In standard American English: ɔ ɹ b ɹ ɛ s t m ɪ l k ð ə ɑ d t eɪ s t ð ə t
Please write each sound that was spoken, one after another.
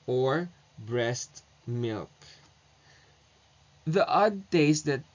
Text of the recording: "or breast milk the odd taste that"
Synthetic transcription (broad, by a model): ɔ ɹ b ɹ ɛ s t m ɪ l k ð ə ɑ d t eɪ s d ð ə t